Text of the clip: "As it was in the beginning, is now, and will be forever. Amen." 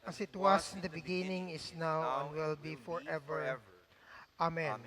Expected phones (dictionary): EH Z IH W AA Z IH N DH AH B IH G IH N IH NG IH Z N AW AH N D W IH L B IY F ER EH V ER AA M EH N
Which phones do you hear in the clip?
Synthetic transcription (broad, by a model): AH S IH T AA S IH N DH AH B IH G IH N IH NG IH S N AW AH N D W IH L B IY F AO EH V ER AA M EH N